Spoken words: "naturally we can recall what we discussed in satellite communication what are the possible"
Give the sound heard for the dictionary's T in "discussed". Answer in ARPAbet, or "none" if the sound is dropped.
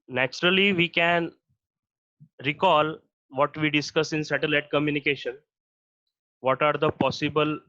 none